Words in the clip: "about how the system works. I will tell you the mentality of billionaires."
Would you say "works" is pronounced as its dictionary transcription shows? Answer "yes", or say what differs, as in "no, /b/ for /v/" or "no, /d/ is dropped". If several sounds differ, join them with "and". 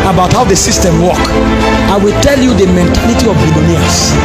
no, /s/ is dropped